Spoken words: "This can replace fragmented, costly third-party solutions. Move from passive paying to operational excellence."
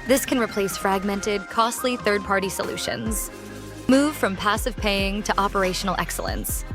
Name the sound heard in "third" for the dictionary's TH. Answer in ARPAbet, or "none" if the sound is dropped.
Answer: TH